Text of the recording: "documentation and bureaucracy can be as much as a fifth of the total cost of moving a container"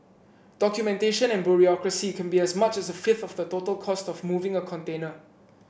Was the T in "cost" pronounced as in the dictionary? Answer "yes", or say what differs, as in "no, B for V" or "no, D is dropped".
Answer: yes